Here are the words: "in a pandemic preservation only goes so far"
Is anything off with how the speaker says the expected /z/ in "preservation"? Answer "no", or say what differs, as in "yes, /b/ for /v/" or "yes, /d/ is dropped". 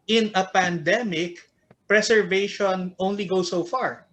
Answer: yes, /s/ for /z/